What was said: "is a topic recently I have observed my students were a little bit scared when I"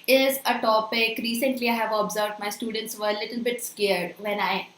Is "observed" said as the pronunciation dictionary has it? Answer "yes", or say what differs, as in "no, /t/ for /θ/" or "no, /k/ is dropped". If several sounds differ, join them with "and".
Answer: yes